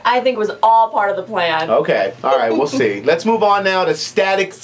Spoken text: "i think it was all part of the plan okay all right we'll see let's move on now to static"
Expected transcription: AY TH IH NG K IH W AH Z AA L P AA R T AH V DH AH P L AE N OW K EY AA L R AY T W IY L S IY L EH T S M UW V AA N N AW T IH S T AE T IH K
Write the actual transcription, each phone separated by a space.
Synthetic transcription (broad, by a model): AY TH IH NG K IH W AH Z AA L P AA R T AH V DH AH P L AE N OW K EY AA L R AY T W IY L S IY L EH T S M UW V N N AW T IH S T AE T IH K